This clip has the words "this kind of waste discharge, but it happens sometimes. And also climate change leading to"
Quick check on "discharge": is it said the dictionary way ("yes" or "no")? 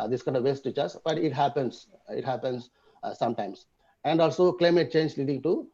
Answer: no